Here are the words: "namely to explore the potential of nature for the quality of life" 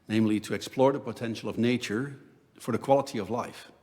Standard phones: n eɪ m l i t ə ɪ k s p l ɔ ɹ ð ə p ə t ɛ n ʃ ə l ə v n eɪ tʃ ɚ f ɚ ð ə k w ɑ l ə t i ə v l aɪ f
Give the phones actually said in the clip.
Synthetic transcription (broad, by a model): n eɪ m l i t ə ɪ k s p l ɔ ɹ ð ə p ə t ɛ n ʃ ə l ə v n eɪ tʃ ɚ f ɚ ð ə k w ɑ l ə t i ə v l aɪ f